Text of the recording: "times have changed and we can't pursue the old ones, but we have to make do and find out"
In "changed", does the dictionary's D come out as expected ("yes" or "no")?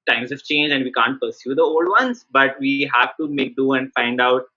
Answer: no